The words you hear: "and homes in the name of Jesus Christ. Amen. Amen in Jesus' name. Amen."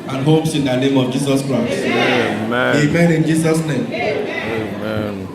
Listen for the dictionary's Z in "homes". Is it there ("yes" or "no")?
no